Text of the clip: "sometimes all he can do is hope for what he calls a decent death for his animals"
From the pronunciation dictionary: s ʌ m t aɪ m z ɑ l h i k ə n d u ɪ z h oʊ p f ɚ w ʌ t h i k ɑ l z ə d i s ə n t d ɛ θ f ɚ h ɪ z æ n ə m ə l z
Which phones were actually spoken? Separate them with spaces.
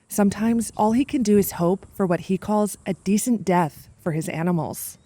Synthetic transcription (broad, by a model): s ʌ m t aɪ m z ɑ l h i k ə n d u ɪ z h oʊ p f ɚ w ʌ t h i k ɑ l z ə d i s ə n d ɛ θ f ɚ ɪ z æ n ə m l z